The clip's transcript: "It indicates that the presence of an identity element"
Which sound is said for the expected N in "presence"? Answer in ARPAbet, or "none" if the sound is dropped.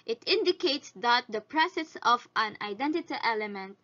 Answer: none